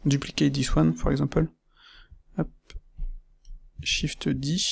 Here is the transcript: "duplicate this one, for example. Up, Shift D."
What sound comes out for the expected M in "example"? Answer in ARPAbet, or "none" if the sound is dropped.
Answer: none